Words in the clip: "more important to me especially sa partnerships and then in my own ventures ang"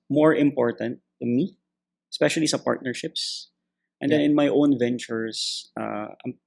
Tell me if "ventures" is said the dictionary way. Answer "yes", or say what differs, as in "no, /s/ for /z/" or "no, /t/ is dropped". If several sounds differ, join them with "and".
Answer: no, /s/ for /z/